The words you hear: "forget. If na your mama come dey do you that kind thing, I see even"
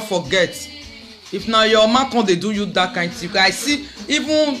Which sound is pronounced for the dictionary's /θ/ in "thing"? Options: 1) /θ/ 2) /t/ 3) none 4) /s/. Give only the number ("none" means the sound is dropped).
2